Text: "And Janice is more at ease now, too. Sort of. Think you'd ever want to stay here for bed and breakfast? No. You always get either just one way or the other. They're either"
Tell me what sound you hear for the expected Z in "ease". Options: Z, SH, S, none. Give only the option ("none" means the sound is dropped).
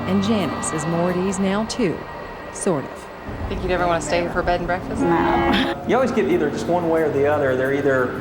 Z